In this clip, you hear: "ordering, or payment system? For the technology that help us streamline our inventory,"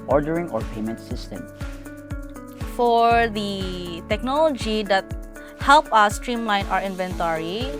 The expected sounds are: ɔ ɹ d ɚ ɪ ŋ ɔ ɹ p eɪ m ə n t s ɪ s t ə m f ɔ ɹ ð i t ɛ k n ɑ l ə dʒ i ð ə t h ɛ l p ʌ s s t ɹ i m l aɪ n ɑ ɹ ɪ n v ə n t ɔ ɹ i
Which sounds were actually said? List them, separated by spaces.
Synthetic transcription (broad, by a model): ɔ ɹ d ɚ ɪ ŋ ɔ ɹ p eɪ m ə n t s ɪ s t ə m f ɔ ɹ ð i t ɛ k n ɑ l ə dʒ i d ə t h ɛ l p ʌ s s t ɹ i m l aɪ n ɑ ɹ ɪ n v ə n t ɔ ɹ i